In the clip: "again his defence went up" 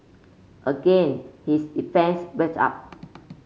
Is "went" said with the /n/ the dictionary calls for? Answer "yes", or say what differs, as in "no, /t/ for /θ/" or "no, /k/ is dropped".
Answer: no, /n/ is dropped